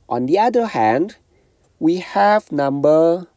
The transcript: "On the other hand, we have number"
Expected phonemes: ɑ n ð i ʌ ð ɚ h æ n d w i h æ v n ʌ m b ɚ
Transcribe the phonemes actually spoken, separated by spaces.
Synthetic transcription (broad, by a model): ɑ n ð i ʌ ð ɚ h æ n d w i h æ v n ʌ m b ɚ